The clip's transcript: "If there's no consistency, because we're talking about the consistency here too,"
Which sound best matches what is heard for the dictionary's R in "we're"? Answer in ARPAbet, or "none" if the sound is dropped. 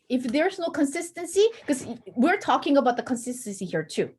R